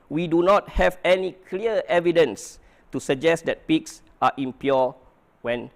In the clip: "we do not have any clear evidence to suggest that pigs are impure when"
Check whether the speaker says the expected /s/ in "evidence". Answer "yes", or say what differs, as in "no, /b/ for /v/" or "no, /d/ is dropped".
yes